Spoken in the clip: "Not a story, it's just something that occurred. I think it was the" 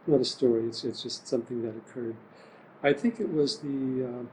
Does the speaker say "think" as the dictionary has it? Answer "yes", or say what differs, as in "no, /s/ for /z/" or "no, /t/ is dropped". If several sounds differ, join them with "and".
yes